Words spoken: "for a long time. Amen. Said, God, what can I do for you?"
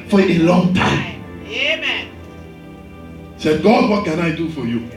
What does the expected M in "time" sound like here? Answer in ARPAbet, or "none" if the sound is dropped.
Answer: none